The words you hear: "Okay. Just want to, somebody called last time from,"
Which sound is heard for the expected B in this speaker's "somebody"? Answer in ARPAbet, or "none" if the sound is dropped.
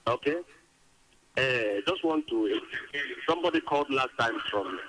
B